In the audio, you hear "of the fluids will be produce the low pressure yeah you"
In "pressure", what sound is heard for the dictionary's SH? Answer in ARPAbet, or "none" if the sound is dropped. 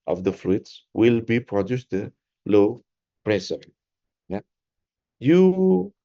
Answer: S